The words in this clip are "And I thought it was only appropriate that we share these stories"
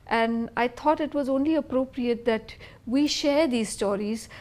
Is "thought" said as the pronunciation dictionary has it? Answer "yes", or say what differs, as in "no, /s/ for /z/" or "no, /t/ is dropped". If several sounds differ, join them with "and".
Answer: no, /t/ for /θ/